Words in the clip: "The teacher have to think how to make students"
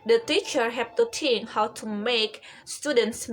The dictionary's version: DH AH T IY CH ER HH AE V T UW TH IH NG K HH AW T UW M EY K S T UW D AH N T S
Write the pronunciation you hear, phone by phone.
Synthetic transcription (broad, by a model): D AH T IY CH ER HH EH P T UW T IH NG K HH AW T UW M EY K S T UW D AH N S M